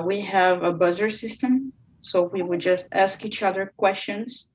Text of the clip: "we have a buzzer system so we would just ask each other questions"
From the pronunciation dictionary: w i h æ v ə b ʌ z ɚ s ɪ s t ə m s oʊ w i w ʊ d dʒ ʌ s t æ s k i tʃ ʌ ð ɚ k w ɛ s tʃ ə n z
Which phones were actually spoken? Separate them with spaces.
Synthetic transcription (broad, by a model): w i h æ v ə b ʌ z ɚ s ɪ s t ə m s oʊ w i w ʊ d dʒ ʌ s t æ s k i tʃ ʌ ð ɚ k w ɛ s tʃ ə n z